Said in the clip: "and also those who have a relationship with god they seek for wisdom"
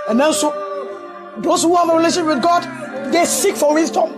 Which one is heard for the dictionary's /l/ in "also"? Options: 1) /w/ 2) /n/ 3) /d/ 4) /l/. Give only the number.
2